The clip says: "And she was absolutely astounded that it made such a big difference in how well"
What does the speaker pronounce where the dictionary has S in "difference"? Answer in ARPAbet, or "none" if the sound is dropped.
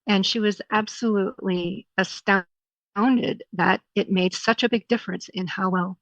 S